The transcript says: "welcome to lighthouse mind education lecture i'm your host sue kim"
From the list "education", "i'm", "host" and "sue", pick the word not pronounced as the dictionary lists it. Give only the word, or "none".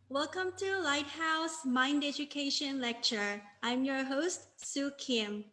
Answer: none